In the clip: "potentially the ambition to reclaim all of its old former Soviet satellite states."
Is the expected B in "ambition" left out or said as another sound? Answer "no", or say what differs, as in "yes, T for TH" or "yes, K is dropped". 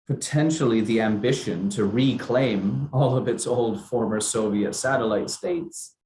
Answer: no